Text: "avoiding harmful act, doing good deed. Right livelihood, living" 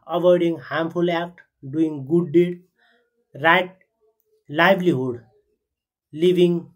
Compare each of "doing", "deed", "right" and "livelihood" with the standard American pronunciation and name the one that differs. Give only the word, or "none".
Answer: livelihood